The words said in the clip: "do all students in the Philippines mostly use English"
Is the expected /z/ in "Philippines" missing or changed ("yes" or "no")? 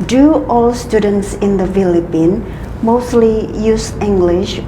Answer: yes